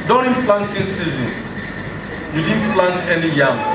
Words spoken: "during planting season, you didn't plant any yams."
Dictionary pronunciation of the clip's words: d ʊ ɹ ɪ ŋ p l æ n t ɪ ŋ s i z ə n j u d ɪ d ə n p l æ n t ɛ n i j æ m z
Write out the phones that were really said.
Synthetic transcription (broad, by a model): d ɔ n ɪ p l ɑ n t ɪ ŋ s i z ə n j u d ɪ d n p l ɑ n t ɛ n i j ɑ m